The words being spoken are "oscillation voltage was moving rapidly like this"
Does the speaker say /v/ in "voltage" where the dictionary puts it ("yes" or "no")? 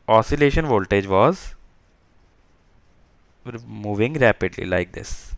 yes